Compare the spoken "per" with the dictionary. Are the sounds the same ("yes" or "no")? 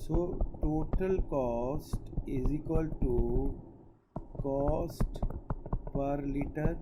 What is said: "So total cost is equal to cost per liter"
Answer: yes